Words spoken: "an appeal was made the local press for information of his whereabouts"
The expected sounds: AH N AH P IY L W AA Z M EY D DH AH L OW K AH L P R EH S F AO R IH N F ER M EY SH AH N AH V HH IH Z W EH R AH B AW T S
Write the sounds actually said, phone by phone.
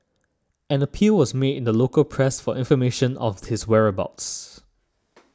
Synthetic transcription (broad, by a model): AH N AH P IY L W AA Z M EY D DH AH L OW K AH L P R EH S F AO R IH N F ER M EY SH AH N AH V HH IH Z W EH R AH B AW T S